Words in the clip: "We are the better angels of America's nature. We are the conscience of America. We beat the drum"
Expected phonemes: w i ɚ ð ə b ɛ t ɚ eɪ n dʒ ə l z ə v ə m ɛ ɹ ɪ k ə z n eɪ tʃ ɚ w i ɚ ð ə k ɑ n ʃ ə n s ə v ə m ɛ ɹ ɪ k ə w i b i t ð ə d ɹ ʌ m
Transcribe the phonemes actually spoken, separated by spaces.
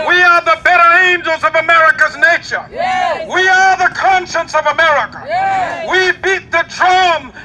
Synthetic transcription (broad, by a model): w i ɚ ð ə b ɛ t ɚ eɪ n dʒ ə l z ə v ə m ɛ ɹ ɪ k ə z n eɪ ʃ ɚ w i ɚ ð ə k ɑ n ʃ ə n s ə v ə m ɛ ɹ ɪ k ə w i b i t ð ə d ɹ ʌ m